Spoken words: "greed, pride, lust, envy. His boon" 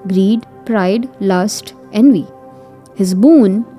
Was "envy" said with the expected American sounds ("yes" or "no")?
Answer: yes